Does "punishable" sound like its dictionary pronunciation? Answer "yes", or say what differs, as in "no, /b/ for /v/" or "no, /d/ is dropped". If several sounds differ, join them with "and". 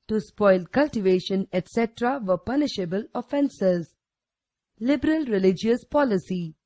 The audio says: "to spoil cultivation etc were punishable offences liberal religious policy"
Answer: yes